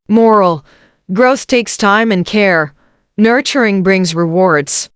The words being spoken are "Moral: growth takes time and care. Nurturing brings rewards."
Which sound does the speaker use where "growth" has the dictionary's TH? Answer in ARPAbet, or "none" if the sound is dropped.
TH